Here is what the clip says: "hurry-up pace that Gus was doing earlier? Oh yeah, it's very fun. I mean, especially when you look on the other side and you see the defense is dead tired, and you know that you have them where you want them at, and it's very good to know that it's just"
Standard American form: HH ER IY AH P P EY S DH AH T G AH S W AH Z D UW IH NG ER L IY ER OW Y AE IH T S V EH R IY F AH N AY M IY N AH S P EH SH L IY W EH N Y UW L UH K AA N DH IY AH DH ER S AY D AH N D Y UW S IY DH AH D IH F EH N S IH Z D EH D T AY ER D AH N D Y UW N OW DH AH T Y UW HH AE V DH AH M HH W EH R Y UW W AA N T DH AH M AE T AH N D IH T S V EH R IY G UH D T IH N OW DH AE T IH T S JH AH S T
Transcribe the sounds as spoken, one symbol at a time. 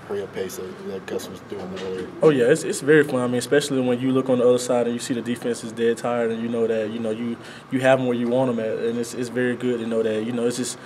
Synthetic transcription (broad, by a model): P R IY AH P P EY S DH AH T G AH S W AH Z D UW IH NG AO IY Y AE IH T S V EH R IY F AH N AY M IY N AH S P EH SH L IY W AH N Y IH L UH K N DH IY AH DH ER S AY D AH N Y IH S IY DH AH D IH F EH N S IH Z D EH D T AY ER D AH N Y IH N OW DH AH T Y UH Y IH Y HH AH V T W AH R Y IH W AA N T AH M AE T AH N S IH T S V EH R IY G UH D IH N OW DH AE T IH T S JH AH S T